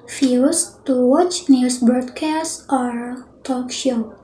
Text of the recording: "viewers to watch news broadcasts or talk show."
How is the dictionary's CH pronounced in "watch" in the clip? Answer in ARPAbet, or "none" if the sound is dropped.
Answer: CH